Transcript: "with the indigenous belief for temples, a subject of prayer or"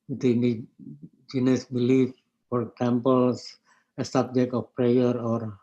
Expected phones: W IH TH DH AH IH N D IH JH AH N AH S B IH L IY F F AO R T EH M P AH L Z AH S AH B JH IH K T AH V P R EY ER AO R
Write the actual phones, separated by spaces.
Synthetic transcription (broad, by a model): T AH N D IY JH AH N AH S B IH L IY F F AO R S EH M P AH L S AH S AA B JH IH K T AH F P R EY ER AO R